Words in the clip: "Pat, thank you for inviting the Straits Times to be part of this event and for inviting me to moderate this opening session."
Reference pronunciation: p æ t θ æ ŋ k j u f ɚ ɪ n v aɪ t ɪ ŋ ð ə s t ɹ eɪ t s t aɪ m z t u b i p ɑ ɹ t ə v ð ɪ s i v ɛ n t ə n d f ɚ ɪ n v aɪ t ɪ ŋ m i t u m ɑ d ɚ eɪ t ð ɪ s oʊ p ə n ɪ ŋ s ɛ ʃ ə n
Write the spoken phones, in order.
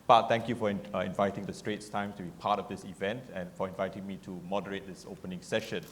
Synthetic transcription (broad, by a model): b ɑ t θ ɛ ŋ k j u f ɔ ɪ n v aɪ t ɪ ŋ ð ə s t ɹ eɪ t s t aɪ m t u b i p ɑ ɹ t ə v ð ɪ s i v ɛ n t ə n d f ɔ ɪ n v aɪ t ɪ ŋ m i t u m ɑ d ɚ eɪ t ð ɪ s oʊ p ə n ɪ ŋ s ɛ ʃ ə n